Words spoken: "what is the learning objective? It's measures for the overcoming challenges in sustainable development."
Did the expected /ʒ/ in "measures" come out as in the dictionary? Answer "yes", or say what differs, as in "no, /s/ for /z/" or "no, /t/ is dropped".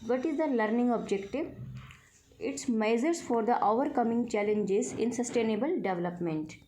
no, /z/ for /ʒ/